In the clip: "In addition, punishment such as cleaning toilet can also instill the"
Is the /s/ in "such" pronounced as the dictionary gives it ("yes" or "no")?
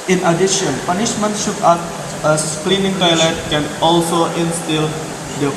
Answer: no